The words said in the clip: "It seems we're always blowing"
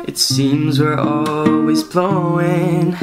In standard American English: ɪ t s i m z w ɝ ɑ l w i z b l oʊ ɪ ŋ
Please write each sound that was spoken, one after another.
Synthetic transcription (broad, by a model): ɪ t s i m z w ɝ ɑ l w i z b l oʊ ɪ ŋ